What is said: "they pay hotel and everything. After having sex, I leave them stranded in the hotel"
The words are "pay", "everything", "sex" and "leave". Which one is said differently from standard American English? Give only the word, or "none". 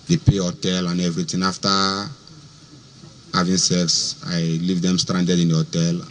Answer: everything